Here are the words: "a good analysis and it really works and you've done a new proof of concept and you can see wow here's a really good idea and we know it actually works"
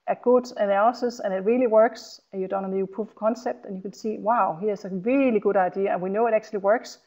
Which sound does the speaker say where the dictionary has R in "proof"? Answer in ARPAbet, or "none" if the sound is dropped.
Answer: none